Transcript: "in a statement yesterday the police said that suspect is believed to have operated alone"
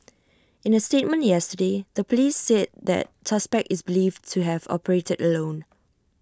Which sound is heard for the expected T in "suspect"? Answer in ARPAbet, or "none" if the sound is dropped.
none